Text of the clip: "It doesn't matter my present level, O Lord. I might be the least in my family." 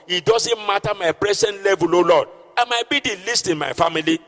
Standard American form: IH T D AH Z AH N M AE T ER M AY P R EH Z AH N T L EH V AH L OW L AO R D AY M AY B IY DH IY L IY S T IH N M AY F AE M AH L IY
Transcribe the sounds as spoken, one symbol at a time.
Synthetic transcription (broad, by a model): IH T D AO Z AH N M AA T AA M AY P R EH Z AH N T L EH V AH L OW L AO D AY M AY B IY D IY L IY S T IH N M AY F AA M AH L IY